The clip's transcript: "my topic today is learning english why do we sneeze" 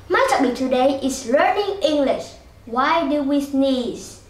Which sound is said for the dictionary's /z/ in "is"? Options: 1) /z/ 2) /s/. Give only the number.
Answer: 2